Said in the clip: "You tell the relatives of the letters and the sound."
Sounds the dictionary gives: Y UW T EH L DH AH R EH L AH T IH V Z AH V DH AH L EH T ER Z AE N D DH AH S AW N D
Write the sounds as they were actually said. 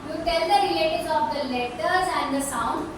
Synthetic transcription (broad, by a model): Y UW T EH L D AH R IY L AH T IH Z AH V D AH L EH T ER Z AE N D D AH S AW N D